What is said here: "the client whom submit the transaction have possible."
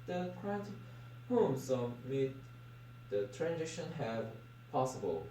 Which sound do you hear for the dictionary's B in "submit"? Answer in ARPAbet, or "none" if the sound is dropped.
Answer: none